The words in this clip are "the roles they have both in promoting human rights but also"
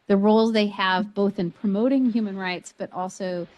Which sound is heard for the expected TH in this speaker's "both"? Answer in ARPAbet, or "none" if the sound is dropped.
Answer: TH